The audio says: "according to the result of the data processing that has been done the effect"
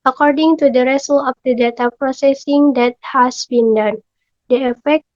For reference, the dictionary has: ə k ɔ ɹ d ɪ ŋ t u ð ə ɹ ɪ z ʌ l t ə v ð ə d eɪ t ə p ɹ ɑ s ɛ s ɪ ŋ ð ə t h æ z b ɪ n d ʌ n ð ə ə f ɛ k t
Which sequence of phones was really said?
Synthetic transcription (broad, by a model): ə k ɔ ɹ d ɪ ŋ t u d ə ɹ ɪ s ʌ l ə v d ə d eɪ t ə p ɹ ɑ s ɛ s ɪ ŋ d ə t h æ s b ɪ n d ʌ n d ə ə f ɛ k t